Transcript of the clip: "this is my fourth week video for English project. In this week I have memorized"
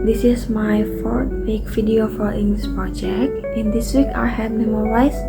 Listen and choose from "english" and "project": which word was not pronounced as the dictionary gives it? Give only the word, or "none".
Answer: english